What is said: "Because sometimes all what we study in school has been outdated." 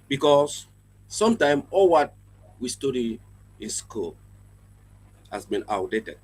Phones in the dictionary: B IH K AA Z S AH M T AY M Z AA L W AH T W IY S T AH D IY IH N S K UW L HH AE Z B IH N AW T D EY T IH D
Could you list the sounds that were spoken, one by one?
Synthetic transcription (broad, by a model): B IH K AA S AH M T AY M AA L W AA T W IY S T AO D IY IH N S K UW L HH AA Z B IH N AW D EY T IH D